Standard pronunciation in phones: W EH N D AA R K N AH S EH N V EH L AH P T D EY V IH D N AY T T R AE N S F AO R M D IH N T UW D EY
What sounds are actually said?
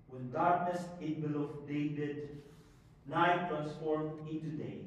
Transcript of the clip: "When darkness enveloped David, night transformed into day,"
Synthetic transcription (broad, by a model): W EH N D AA R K N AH S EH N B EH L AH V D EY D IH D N AY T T R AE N S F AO R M IH N T UW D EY